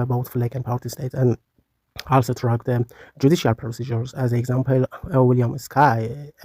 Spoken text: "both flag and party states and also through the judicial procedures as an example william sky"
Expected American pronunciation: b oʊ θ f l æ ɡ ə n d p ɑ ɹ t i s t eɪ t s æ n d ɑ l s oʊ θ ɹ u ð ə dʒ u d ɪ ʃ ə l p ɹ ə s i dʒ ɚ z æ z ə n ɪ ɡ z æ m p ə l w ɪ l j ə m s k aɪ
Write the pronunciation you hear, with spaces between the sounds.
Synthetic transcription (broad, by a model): b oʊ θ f l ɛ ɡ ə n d p ɑ ɹ t i s t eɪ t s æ n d ɑ l s oʊ t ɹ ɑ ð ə dʒ u d ɪ ʃ ə l p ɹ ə s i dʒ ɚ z æ z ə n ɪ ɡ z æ m p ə l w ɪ l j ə m s k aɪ